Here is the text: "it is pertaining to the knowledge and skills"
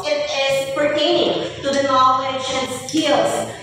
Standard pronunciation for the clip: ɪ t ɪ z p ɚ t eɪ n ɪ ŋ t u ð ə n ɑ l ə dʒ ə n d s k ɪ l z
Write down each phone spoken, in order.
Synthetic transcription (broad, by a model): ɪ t ɪ z p ɚ t eɪ n ɪ ŋ t u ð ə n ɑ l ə ʃ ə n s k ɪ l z